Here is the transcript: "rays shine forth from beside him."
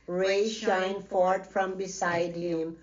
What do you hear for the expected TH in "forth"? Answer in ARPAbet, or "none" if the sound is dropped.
T